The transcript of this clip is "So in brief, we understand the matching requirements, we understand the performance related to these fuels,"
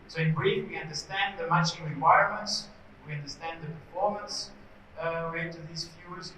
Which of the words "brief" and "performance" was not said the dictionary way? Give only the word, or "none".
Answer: none